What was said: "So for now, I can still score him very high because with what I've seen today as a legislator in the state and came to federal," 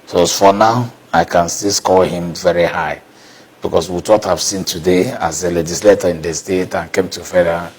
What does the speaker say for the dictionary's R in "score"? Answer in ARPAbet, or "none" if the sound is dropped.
L